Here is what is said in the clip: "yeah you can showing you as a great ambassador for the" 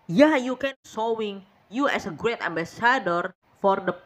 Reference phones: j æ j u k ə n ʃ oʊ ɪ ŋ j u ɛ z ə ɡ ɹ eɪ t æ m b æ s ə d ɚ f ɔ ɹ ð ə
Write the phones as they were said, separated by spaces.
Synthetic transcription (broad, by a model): j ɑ j u k ə n s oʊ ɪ ŋ j u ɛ s ə ɡ ɹ eɪ t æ m b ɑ s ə d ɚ f ɔ ɹ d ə